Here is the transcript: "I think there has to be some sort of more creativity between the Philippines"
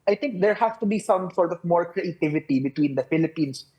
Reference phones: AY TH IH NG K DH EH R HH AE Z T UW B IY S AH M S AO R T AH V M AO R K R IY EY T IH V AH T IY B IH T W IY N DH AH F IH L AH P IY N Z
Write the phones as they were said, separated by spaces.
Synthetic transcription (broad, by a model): AY T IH NG K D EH R HH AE S T UW B IY S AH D S AO R T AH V M AO R K R IY EY T IH V AH T IY B IH T W IY N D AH F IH L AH P IY N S